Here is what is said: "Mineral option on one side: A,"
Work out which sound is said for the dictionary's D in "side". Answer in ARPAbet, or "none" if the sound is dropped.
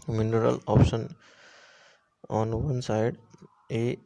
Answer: D